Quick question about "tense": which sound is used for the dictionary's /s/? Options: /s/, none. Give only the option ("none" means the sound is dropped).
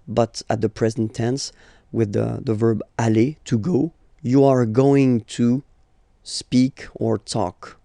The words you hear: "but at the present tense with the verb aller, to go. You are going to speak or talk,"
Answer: /s/